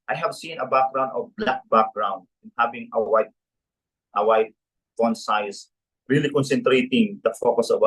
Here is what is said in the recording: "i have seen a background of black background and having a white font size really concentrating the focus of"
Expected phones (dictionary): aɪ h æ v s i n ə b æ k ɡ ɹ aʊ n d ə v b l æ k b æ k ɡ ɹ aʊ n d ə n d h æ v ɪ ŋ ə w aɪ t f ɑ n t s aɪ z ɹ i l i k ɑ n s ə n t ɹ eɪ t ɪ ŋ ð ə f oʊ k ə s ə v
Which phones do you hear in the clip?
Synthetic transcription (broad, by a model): aɪ h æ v s i n ə b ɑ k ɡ ɹ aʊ n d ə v b l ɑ k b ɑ k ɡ ɹ aʊ n d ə n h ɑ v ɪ ŋ ə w aɪ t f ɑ n s aɪ s ɹ i l i k ɑ n s ə n t ɹ eɪ t ɪ ŋ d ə f oʊ k ə s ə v